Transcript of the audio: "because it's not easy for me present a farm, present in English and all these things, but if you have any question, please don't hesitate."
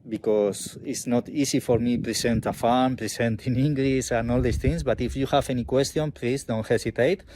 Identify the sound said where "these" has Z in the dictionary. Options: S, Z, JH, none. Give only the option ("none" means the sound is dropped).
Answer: S